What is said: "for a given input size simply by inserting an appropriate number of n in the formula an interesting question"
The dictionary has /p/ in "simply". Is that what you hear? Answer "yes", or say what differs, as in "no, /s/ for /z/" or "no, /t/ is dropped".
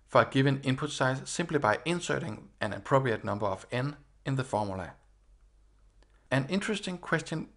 no, /b/ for /p/